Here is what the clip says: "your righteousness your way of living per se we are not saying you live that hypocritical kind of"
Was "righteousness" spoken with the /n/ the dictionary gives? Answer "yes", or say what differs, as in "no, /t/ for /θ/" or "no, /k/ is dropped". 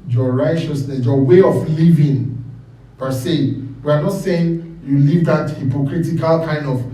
yes